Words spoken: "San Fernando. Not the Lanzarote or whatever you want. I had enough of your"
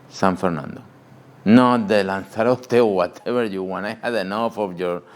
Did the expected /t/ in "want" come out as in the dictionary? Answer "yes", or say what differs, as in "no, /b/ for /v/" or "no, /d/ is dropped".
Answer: no, /t/ is dropped